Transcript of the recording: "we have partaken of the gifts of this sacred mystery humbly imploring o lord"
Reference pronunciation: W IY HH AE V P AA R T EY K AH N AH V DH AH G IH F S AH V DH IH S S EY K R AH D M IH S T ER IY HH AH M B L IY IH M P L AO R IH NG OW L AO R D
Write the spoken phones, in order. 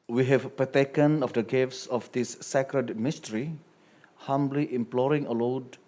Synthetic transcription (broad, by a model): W IY HH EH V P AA T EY K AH N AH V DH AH G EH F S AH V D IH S S EY K R AH D M IH S T ER IY HH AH M B L IY IH M P L AO R IH NG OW L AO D